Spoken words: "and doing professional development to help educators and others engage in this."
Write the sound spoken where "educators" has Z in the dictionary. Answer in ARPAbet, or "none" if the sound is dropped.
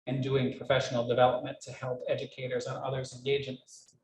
Z